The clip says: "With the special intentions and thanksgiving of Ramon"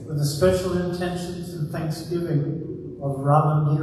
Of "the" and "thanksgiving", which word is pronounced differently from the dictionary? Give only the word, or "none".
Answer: none